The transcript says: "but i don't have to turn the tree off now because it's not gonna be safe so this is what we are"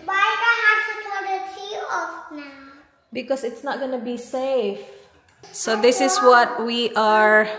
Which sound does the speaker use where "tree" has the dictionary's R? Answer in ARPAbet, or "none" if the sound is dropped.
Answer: none